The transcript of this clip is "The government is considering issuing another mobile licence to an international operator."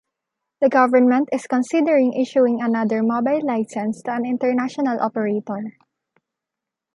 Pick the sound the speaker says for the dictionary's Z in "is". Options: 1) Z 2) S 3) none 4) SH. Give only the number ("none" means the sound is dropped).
2